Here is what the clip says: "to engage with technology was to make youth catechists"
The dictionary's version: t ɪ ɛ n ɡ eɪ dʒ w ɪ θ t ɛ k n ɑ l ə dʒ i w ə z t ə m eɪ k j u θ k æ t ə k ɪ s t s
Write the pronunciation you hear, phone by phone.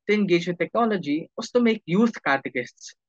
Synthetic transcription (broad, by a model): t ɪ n ɡ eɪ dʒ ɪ t ɛ k n ɑ l ə dʒ i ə s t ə m eɪ k j u t k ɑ t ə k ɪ s t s